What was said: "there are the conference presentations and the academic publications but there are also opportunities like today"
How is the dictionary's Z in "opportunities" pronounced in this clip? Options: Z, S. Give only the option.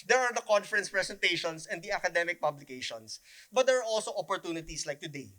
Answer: S